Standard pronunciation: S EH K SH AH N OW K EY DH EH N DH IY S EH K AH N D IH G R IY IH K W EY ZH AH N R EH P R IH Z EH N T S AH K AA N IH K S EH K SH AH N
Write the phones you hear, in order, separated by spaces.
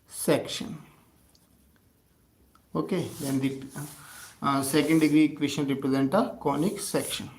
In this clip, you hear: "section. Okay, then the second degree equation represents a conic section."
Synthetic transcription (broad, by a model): S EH K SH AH N OW K EY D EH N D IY S EH K AH N D IH G R IY K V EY SH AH N R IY P R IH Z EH N T AH K AA N IH K S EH K SH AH N